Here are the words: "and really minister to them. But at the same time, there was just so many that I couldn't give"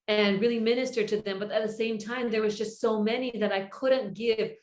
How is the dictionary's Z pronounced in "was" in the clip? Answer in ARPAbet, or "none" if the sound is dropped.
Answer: Z